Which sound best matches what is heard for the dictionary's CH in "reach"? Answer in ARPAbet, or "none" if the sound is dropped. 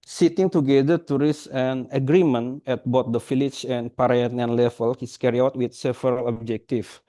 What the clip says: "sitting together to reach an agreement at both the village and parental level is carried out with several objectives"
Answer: S